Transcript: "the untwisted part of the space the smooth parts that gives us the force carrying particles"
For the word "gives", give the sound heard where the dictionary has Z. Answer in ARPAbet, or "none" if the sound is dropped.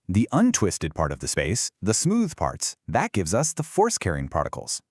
Z